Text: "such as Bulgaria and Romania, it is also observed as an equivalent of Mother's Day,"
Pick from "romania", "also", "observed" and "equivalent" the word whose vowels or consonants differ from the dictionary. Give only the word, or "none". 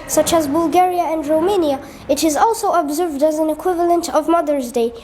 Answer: none